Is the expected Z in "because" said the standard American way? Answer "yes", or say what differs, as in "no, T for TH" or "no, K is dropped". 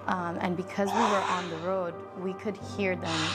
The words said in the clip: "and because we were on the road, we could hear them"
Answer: yes